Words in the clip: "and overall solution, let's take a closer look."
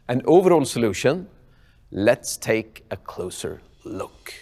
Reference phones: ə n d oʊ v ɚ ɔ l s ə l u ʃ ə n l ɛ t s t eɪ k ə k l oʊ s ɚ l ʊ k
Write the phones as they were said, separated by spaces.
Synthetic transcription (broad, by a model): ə n oʊ v ɚ ɔ l s ə l u ʃ ə n l ɛ t s t eɪ k ə k l oʊ s ɚ l ʊ k